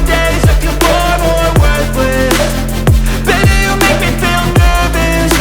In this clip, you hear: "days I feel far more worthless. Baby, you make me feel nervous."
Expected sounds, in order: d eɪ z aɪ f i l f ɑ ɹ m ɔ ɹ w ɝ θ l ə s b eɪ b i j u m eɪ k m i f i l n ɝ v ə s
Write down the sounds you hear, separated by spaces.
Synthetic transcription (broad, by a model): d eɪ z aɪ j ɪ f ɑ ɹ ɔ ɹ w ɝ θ w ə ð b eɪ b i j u m eɪ k m i f i l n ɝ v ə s